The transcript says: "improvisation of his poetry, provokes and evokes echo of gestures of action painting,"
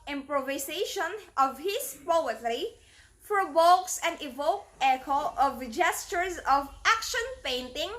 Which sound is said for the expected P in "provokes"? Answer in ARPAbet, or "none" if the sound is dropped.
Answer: F